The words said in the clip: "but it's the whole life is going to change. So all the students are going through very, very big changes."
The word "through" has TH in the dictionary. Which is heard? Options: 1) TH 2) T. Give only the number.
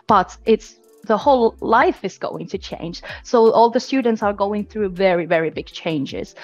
1